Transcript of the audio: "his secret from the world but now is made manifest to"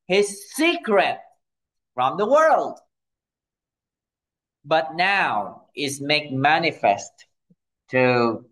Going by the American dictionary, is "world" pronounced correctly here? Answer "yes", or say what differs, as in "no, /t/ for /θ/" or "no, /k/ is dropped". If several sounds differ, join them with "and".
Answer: yes